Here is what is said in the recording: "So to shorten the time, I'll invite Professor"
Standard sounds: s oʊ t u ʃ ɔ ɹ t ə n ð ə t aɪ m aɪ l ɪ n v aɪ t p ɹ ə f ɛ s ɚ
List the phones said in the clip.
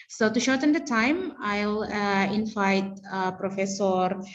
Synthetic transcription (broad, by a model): s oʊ t u ʃ ɔ ɹ t ə n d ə t aɪ m aɪ l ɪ n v aɪ t p ɹ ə f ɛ s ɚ